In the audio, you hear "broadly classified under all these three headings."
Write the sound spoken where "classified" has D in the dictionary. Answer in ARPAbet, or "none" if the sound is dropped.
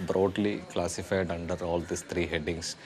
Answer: D